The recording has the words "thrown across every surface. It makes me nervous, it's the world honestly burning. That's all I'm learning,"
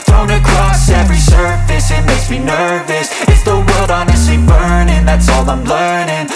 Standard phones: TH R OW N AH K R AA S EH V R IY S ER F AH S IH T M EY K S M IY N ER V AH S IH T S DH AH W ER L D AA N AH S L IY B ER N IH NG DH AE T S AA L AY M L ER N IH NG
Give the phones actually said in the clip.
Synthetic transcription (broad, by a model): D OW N AH K R AA S EH V R IY S ER F AH S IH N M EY S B IY N ER V AH S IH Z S DH AH W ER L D AA N AH S L IY B ER N IH NG DH AE T S AA L AY M L ER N IH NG